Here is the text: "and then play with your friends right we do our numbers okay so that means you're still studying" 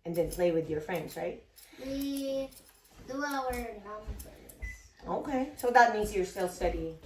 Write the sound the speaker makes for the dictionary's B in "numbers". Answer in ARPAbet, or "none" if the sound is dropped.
none